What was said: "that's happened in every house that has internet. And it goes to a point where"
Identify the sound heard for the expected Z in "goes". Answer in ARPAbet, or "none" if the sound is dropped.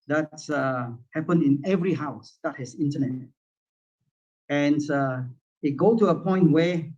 none